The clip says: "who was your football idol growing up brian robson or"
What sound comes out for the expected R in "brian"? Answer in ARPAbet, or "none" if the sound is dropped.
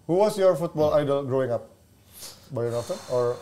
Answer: none